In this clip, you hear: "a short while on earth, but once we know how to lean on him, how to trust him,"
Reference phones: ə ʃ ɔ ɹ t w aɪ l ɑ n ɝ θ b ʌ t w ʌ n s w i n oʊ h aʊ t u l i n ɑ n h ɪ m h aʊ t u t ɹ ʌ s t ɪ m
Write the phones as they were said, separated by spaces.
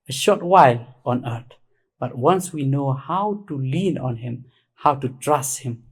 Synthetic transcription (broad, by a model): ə ʃ ɔ ɹ t w aɪ l ɑ n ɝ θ b ʌ t w ʌ n s w i n oʊ h aʊ t u l i n ɑ n h ɪ m h aʊ t u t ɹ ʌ s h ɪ m